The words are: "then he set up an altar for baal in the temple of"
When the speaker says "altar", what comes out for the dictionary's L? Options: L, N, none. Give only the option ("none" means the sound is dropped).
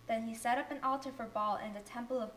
L